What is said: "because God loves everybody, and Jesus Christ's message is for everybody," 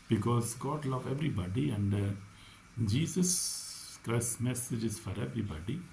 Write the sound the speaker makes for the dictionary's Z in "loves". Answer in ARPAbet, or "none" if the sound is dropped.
none